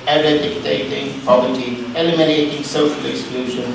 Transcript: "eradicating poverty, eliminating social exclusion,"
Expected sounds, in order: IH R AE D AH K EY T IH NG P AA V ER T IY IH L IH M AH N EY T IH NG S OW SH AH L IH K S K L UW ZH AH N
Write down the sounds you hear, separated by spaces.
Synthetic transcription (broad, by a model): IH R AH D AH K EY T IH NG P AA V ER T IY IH L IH M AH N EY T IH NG S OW AH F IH K S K L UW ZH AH N